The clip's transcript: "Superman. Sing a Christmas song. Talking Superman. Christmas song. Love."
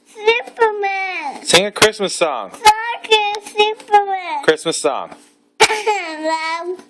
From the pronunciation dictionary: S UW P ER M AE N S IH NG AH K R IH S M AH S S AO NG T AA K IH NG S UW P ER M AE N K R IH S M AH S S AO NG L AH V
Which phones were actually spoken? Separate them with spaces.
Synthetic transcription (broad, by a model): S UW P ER M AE N S IH NG AH K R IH S M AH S S AO NG S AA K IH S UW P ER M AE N K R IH S M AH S S AO NG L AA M